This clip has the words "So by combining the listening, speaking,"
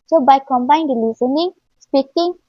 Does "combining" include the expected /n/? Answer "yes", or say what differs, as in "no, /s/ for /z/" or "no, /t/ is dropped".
no, /n/ is dropped